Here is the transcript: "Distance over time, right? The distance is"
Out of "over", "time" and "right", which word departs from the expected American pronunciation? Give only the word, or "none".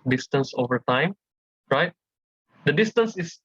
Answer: none